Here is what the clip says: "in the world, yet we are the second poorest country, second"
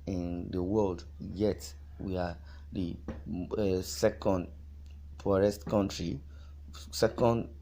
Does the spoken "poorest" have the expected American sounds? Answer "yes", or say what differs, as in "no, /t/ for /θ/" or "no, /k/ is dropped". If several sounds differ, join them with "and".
no, /f/ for /p/